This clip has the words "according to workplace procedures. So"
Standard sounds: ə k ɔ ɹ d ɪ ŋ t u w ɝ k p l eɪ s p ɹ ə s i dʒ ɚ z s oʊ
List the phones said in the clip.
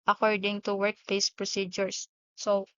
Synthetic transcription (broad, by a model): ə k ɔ ɹ d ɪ ŋ t u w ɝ k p eɪ s p ɹ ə s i dʒ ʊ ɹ s oʊ